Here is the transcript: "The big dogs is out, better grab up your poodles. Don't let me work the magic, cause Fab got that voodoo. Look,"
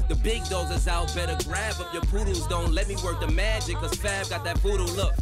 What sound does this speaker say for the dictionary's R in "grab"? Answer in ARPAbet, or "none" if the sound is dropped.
R